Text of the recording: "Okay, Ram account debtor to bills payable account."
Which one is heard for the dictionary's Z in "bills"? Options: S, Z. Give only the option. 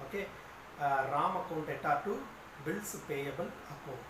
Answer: S